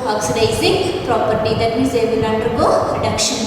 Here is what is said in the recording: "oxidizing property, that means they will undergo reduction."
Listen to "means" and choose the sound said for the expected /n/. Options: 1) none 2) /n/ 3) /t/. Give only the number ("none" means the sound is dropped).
1